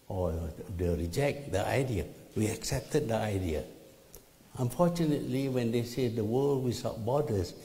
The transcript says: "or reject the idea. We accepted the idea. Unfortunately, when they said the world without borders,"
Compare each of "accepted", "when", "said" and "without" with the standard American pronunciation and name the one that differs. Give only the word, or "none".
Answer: without